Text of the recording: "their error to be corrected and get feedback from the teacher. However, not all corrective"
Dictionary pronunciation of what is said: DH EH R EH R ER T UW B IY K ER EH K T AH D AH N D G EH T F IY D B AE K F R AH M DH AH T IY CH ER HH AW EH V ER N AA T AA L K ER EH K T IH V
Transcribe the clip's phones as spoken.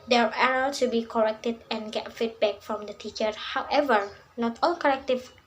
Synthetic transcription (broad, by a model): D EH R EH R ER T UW B IY K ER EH K T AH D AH N G EH T F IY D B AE K F R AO M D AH T IY CH ER HH AW EH V ER N AA T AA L K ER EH K T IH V